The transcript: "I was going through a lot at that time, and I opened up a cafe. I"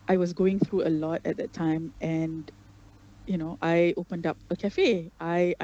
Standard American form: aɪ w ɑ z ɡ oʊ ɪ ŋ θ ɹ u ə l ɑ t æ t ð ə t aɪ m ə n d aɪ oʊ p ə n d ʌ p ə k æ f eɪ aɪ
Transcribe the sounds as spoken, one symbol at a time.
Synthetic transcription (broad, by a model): aɪ w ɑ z ɡ oʊ ɪ ŋ θ ɹ u ə l ɑ t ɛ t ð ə t aɪ m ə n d aɪ oʊ p ə n d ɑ p ə k æ f eɪ aɪ